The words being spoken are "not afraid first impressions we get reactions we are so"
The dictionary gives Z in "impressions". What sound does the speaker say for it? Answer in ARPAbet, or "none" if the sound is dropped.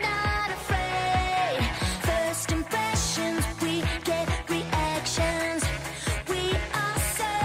Z